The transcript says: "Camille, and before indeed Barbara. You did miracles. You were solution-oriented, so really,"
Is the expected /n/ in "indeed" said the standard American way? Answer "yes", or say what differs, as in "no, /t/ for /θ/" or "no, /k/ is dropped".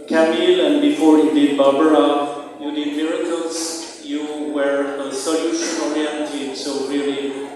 no, /n/ is dropped